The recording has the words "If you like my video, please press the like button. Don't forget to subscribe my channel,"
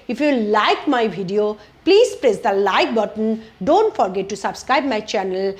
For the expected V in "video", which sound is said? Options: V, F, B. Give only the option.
B